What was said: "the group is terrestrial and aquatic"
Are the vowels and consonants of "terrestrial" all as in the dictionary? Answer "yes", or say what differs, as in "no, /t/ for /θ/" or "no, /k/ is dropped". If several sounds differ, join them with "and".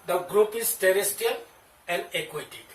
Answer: no, /ɹ/ is dropped